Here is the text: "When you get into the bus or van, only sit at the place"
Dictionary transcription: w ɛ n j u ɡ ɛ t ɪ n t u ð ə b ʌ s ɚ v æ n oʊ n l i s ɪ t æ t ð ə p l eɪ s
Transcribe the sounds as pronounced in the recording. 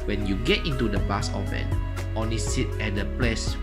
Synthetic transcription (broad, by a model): w ɛ n j u ɡ ɛ t ɪ n t u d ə b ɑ s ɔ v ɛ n oʊ n l i s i t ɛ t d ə p l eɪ s